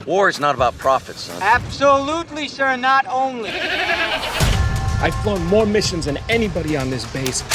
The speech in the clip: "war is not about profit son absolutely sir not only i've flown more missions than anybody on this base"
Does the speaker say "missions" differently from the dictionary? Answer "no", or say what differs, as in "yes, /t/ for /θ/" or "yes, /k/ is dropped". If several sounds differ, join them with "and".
no